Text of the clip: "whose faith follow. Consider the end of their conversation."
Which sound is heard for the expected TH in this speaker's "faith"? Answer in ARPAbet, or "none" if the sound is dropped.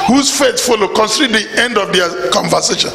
S